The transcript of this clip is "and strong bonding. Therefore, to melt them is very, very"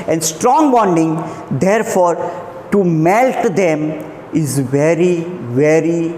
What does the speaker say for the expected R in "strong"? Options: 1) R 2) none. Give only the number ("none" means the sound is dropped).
1